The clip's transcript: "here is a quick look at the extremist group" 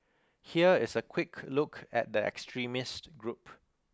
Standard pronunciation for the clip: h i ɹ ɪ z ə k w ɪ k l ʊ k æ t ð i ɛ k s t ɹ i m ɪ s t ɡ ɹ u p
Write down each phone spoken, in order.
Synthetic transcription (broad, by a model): h i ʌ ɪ s ə k w ɪ k l ʊ k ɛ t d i ɛ k s t ɹ i m ɪ s t ɡ ɹ u p